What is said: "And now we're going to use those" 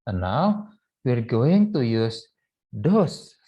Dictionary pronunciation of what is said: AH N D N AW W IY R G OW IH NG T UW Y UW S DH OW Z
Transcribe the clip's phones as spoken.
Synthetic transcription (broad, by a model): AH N N AW W IY R G OW IH NG T UW Y UW S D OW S